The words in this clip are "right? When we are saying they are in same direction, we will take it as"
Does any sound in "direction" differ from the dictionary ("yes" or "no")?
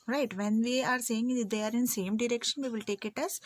no